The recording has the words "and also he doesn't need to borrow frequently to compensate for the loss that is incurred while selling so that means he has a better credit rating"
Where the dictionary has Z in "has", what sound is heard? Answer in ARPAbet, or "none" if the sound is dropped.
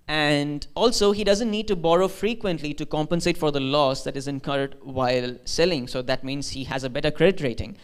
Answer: Z